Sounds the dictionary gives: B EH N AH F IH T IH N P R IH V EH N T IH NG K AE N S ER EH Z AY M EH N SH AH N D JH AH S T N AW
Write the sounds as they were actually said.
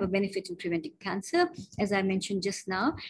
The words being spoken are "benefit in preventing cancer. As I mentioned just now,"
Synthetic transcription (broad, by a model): B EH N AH F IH T IH N P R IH V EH N T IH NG K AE N S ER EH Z AY M EH N SH AH N D JH AH S T N AW